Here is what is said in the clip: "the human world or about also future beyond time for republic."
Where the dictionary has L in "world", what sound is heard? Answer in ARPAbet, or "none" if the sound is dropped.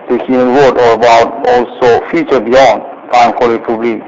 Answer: none